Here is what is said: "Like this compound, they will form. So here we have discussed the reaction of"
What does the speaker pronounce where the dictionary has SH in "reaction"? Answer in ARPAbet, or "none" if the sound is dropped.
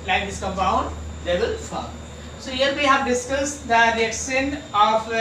S